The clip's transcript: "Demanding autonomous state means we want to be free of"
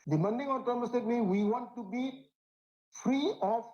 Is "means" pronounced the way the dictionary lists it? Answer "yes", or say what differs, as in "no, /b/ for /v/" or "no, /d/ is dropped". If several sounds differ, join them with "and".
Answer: no, /z/ is dropped